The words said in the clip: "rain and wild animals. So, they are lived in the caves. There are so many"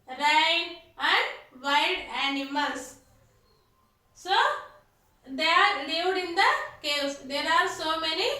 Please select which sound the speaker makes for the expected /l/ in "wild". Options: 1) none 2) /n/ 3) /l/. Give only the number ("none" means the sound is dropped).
1